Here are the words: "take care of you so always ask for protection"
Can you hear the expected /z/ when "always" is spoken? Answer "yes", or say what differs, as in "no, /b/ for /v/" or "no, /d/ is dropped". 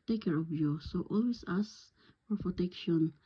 no, /s/ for /z/